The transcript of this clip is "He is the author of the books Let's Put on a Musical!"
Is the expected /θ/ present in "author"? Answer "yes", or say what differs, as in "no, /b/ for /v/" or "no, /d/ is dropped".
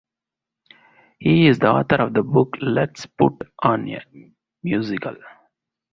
no, /t/ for /θ/